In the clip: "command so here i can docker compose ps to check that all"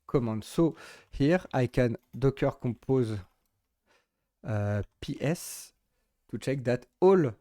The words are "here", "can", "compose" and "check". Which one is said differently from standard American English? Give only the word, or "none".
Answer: compose